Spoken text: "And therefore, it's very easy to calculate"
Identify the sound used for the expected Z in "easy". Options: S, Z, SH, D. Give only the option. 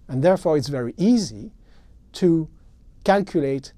Z